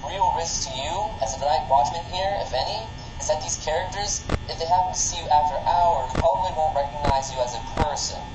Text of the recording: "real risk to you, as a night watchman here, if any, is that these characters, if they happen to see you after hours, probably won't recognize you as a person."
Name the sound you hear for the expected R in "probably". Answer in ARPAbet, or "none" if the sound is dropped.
none